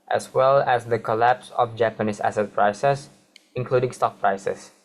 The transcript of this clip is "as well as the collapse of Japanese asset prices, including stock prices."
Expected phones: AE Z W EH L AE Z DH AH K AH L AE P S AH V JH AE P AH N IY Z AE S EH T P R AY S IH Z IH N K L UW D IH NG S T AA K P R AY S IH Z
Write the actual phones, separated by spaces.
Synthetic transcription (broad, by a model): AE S W EH L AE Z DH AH K AH L AE P S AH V JH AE P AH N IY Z AE S EH T P R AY S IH S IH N K L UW D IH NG S T AA K P R AY S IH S